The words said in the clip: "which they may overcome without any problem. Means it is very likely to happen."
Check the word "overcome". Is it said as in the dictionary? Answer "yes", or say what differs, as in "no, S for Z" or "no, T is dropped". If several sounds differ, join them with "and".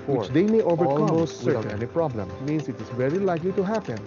no, K is dropped